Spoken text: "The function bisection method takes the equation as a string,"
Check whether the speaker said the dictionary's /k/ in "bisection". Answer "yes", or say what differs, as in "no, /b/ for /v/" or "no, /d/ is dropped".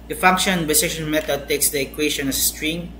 no, /k/ is dropped